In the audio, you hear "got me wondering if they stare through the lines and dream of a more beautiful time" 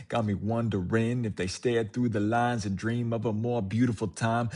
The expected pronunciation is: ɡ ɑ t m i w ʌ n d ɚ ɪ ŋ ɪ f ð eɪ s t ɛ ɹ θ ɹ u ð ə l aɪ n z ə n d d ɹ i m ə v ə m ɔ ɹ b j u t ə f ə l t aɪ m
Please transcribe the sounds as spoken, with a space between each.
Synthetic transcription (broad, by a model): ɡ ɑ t m i w ʌ n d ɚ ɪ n ɪ f ð eɪ s t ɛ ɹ θ ɹ u ð ə l aɪ n z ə n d d ɹ i m ə v ə m ɔ ɹ b j u t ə f l t aɪ m